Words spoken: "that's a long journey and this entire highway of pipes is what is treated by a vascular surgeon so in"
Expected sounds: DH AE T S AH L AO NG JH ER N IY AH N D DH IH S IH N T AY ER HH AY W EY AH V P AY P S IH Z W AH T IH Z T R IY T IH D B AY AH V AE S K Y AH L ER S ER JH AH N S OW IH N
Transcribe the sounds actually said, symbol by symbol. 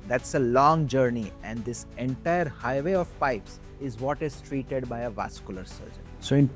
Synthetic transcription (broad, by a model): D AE T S AH L AO NG JH ER N IY AH N D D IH S IH N T AY ER HH AY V EY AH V P AY P S IH Z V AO T IH Z T R IY T IH D B AY AH V AE S K Y AH L ER S ER JH AH N S OW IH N